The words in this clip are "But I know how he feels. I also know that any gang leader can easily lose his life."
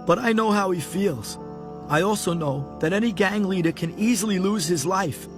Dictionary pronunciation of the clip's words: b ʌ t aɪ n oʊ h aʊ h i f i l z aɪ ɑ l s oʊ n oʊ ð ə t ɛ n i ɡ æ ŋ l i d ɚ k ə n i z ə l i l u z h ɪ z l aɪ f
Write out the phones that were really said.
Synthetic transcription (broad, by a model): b ʌ t aɪ n oʊ h aʊ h i f i l z aɪ ɑ l s oʊ n oʊ ð ə t ɛ n i ɡ æ ŋ l i d ɚ k ə n i z l i l u z h ɪ z l aɪ f